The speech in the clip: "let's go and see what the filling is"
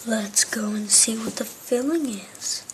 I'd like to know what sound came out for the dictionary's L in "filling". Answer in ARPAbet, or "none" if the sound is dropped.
L